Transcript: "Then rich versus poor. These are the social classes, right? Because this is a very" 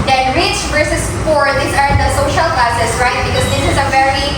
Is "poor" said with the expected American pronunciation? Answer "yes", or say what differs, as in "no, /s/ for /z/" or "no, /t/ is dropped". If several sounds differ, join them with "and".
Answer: no, /f/ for /p/